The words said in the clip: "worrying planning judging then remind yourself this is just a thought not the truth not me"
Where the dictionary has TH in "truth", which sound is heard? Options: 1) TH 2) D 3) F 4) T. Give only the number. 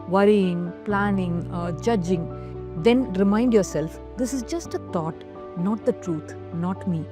4